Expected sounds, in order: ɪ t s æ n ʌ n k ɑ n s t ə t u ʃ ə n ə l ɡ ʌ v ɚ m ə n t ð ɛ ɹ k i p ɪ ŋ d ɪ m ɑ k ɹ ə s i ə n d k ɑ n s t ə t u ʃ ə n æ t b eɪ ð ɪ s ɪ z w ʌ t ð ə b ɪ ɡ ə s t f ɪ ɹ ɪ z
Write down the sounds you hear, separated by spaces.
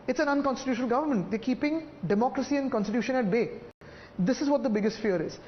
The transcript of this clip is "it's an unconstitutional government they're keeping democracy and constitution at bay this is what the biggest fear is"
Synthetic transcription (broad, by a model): ɪ t s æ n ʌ n k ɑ n s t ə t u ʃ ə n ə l ɡ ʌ v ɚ m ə n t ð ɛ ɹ k i p ɪ ŋ d ɪ m ɑ k ɹ ə s i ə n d k ɑ n s t ə t u ʃ ə n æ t b eɪ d ɪ s ɪ z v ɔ t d ə b ɪ ɡ ə s t f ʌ ɹ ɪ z